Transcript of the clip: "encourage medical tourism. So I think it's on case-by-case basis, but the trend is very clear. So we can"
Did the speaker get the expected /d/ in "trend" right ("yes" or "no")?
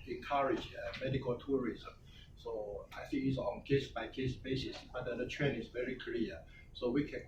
no